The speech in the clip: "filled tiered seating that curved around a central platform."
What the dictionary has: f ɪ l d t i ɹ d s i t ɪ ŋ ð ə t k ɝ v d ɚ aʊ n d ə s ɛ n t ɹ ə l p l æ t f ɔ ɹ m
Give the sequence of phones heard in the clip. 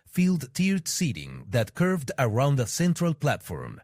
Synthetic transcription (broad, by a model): f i l d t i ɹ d s i t ɪ ŋ ð ə t k ɝ v d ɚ aʊ n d ə s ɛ n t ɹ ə l p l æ t f ɔ ɹ m